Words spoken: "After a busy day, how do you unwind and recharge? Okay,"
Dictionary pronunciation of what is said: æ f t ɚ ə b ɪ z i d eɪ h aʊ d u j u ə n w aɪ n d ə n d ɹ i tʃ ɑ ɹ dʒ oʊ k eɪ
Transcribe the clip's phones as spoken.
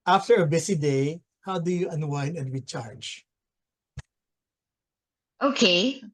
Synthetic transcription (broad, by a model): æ f t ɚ ə b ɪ s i d eɪ h aʊ d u j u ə n w aɪ n ə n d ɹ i tʃ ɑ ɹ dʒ oʊ k eɪ